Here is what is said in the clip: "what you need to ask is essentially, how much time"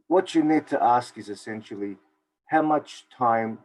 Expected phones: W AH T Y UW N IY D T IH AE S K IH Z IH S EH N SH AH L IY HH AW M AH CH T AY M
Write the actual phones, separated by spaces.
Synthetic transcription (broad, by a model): W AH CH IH N IY D T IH AE S K IH Z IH S EH N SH L IY HH AW M AH CH T AY M